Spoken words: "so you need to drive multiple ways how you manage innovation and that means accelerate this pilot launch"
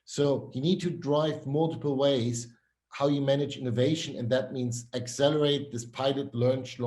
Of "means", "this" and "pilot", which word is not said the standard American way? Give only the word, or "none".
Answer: none